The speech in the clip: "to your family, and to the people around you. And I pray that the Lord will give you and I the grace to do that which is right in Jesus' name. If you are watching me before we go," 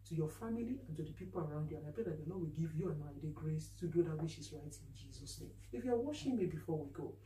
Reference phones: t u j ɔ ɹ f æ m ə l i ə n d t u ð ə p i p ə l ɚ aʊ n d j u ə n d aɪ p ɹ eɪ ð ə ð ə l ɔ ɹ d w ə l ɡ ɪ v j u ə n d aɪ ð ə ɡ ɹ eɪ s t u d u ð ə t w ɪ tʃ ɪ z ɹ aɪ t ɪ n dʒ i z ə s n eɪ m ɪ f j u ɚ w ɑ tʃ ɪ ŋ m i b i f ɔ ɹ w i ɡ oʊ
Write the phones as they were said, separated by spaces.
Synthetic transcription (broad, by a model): t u j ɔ f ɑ m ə l i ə n t u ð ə p i p ə l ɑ aʊ n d j u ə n aɪ p ɹ eɪ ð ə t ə n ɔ w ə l ɡ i v j u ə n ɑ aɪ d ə ɡ ɹ eɪ s t u d u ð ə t w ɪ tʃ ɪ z ɹ aɪ t ɪ n dʒ i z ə s n eɪ m ɪ f j u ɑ w ɑ ʃ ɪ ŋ m i b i f ɔ w i ɡ oʊ